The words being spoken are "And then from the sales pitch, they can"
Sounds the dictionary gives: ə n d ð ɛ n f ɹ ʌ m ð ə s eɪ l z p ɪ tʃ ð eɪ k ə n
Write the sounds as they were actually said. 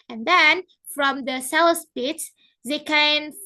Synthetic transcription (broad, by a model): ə n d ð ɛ n f ɹ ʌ m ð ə s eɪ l s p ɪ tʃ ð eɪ k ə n